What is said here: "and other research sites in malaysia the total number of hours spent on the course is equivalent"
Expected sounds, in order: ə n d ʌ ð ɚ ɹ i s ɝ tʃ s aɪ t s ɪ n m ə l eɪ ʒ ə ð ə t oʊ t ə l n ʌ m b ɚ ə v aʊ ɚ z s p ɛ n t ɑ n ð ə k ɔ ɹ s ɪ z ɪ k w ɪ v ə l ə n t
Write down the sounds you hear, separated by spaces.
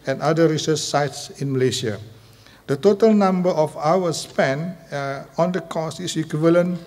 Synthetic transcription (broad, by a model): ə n d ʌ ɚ ɹ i s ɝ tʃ s aɪ t s ɪ n m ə l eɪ ʃ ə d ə t oʊ t ə l n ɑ m b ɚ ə f aʊ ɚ s p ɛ n ɑ n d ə k ɔ s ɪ s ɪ k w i v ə l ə n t